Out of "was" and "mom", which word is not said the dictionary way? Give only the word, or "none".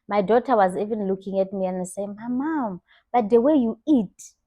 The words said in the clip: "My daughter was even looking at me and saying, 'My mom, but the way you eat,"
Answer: none